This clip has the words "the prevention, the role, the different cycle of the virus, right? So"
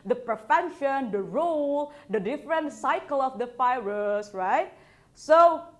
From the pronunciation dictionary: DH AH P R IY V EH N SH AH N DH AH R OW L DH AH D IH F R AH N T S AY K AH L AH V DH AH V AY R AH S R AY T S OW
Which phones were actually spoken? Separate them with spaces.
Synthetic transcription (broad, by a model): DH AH P R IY F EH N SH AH N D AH R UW L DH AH D IH F R AH N T S AY K AH L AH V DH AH F AY R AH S R AY T S OW